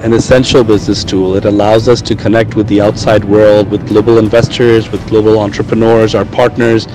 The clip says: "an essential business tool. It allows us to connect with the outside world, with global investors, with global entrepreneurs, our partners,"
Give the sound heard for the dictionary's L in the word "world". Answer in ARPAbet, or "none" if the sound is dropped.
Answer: L